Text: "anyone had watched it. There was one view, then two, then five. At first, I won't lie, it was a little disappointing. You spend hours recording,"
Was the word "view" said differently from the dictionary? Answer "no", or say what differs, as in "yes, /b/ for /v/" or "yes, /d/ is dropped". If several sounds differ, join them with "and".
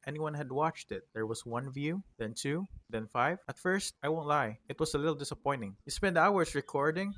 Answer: no